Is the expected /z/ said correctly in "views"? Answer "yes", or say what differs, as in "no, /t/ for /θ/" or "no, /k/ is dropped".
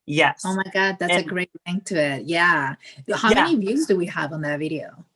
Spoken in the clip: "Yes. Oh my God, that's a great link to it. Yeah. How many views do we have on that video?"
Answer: yes